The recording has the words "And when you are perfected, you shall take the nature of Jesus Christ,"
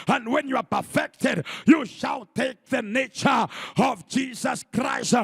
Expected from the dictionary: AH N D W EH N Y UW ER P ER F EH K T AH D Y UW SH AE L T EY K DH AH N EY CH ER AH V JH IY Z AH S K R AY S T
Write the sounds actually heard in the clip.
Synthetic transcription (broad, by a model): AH N D W EH N Y UW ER P ER F EH K T AH D Y UW SH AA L T EY K DH AH N EY CH ER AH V JH IY Z AH S K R AY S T